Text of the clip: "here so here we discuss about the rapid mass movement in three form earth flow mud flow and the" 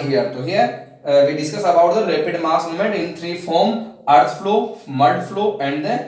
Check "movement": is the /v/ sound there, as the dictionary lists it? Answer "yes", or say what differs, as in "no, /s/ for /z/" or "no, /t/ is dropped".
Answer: no, /v/ is dropped